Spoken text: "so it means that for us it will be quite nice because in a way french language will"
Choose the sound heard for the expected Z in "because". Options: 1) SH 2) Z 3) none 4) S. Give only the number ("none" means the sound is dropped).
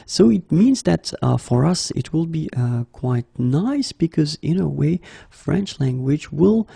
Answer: 2